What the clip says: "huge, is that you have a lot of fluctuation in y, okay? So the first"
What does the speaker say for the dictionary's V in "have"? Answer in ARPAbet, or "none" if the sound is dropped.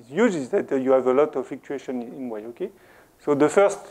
V